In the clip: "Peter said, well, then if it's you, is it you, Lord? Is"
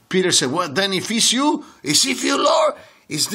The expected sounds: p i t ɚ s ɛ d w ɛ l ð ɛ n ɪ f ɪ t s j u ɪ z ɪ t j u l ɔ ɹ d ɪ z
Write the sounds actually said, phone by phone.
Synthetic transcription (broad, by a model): p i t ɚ s ɛ d w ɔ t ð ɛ n ɪ f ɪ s j u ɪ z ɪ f j u l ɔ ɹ ɪ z